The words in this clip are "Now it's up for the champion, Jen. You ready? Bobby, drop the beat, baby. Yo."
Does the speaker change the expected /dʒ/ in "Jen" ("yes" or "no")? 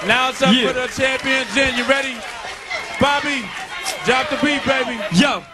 yes